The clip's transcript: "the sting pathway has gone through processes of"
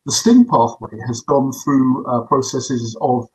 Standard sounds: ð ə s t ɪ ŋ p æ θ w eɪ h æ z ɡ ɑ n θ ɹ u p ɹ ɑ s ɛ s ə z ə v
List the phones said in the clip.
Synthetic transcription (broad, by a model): ð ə s t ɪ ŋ p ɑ θ w eɪ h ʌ z ɡ ɑ n θ ɹ u p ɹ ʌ s ɛ s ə z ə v